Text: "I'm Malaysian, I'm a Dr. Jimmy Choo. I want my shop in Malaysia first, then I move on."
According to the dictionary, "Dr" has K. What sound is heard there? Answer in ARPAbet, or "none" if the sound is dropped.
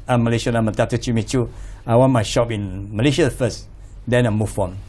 none